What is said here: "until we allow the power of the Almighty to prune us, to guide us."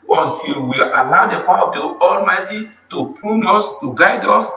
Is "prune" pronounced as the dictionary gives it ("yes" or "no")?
no